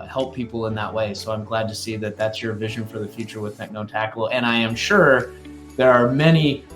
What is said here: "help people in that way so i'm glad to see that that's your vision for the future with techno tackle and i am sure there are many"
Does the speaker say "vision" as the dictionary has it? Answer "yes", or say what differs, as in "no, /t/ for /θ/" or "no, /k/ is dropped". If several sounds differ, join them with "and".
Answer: yes